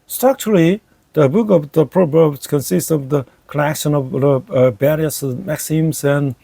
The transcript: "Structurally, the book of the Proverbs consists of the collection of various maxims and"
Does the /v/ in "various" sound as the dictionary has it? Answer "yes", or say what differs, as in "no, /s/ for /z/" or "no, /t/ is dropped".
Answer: no, /b/ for /v/